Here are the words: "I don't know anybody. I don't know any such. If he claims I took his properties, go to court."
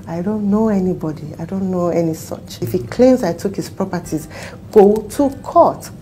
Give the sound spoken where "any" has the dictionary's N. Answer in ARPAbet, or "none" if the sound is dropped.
N